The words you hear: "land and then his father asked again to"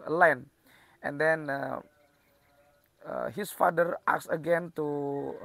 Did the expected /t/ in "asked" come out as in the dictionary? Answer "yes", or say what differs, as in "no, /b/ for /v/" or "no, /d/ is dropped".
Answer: no, /t/ is dropped